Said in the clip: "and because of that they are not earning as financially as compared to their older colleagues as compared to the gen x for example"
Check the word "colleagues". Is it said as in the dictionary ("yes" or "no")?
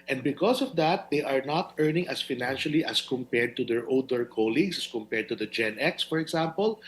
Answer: no